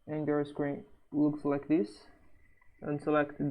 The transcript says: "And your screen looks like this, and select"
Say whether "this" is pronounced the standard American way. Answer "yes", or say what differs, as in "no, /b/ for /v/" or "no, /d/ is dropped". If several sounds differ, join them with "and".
yes